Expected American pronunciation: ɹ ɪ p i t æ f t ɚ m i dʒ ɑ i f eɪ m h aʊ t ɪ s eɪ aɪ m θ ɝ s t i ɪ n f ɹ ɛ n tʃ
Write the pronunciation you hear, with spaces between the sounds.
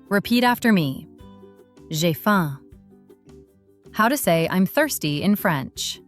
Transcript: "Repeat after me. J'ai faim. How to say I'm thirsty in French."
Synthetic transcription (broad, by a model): ɹ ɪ p i t æ f t ɚ m i ʒ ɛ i f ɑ h aʊ t ɪ s eɪ aɪ m θ ɝ s t i ɪ n f ɹ ɛ n tʃ